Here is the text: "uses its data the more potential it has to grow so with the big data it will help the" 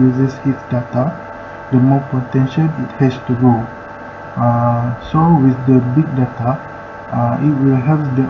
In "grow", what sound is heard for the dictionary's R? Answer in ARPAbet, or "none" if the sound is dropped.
none